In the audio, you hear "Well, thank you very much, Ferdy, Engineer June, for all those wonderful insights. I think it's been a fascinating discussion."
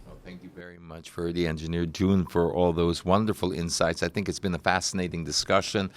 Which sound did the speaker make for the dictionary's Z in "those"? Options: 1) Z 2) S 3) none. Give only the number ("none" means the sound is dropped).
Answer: 1